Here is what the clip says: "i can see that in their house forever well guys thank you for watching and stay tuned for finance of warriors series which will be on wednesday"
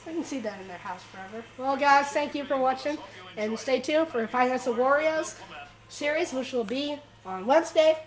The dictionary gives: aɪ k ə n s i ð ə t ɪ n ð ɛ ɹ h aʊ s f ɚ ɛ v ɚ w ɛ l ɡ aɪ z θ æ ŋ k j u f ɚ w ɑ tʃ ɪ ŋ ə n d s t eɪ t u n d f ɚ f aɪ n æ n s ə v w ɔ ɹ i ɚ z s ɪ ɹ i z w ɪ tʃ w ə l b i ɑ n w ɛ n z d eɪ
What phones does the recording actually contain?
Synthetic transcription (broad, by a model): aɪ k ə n s i ð ə t ɪ n ð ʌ ɹ h aʊ s f ɚ ɛ v ɚ w ɛ l ɡ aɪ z θ æ ŋ k j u f ɚ w ɑ tʃ ɪ ŋ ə n s t eɪ t u f ɚ f aɪ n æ n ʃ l w ɔ ɹ i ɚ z s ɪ ɹ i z w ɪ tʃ w ə l b i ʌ n w ɛ n z d eɪ